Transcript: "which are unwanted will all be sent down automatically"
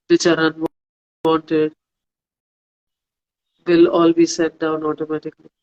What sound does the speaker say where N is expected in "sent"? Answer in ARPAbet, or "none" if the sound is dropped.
none